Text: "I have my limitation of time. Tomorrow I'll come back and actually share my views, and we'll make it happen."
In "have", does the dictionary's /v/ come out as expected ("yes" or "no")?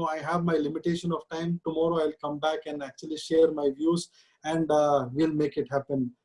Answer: yes